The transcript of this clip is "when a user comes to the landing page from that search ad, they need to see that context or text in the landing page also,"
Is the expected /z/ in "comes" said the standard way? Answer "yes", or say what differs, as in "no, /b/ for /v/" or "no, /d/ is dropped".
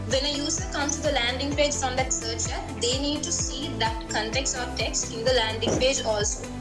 no, /z/ is dropped